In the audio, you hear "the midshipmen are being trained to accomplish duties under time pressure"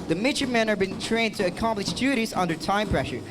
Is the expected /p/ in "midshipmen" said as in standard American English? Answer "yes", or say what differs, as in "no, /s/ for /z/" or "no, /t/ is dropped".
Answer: no, /p/ is dropped